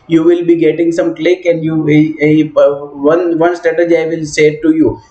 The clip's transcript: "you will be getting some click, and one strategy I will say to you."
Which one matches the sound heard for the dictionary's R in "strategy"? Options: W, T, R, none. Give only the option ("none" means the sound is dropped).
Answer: none